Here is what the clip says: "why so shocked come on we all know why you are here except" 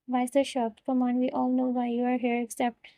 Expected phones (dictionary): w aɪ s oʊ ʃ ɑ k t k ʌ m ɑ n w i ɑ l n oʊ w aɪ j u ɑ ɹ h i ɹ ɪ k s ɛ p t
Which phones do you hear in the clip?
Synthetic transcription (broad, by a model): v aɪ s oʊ ʃ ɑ t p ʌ m ɑ n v i ɑ l n oʊ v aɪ j u ɑ ɹ h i ɹ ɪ k s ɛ p t